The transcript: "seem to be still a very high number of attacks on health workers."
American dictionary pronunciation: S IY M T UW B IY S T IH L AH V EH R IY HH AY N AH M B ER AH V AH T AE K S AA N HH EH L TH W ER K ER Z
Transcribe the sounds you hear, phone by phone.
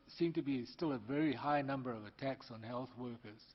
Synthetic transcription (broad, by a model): S IY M T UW B IY S T IH L AH V EH R IY HH AY N AH M B ER AH V AH T AE K S N HH EH L TH W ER K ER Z